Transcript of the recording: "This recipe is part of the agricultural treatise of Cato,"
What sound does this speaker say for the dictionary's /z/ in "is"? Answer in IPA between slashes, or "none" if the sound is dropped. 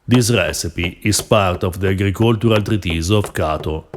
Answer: /s/